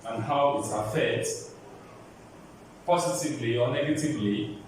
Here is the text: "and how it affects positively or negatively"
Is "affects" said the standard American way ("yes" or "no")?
no